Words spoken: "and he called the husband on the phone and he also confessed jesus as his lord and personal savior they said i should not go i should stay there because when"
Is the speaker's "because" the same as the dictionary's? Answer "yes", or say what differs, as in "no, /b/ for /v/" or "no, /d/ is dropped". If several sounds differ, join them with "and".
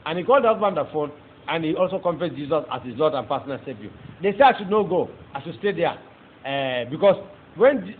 no, /s/ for /z/